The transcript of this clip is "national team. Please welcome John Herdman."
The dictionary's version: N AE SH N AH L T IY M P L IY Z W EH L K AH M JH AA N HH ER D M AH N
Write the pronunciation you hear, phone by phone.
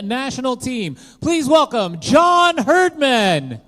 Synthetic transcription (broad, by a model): N AE SH N L T IY M P L IY Z W EH L K AH M JH AA N HH ER D M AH N